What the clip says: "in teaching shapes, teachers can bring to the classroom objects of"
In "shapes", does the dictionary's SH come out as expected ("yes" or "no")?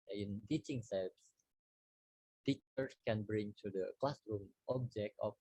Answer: no